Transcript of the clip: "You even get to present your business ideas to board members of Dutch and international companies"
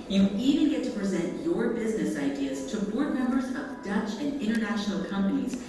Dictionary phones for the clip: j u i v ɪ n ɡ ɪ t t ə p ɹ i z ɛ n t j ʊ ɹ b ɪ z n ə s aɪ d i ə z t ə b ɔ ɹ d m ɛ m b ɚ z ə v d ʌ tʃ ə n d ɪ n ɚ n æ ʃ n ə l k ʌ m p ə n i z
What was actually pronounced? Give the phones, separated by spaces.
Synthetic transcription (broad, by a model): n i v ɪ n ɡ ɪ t t ə p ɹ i z ɛ n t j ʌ ɹ b ɪ z n ə s aɪ d i ə z t ə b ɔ ɹ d m ɛ m b ɚ z ə v d ʌ tʃ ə n ɪ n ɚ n æ ʃ n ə l k ʌ m p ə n i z